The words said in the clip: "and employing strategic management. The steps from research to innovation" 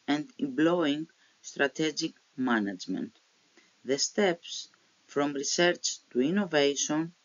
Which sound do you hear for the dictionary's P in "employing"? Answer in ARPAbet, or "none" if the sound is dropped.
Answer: B